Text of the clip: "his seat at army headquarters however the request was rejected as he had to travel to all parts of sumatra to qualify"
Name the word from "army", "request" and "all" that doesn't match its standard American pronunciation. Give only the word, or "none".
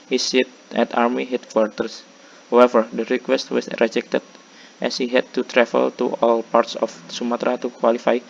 none